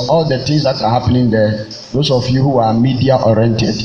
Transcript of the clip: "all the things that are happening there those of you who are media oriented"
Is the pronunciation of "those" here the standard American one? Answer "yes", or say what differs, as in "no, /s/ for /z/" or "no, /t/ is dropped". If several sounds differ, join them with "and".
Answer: no, /s/ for /z/